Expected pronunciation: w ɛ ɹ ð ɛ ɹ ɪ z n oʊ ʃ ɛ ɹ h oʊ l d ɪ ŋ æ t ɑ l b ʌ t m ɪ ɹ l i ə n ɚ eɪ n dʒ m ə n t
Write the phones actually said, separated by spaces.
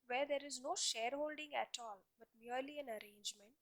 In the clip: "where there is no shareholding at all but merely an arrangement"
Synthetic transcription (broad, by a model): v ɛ ɹ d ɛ ɹ ɪ z n oʊ ʃ ɛ ɹ h oʊ l d ɪ ŋ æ t ɑ l b ʌ t m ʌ ɹ l i ə n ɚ eɪ n dʒ m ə n t